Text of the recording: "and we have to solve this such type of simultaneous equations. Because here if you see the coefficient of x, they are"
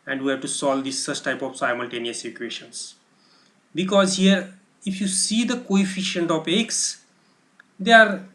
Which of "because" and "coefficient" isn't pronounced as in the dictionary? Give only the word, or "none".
none